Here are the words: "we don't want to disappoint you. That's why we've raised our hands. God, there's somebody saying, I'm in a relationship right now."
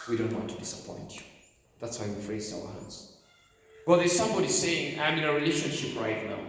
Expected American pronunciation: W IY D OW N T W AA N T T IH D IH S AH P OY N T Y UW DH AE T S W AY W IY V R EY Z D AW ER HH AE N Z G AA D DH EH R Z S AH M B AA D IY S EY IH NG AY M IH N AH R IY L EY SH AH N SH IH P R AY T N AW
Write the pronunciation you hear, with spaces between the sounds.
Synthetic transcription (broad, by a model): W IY D OW N T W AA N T T IH D IH S AH P OY N T DH AE T S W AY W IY F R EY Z AW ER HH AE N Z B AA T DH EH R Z S AH M B AA D IY S EY IH NG AY M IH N AH R IY L EY SH AH N SH IH P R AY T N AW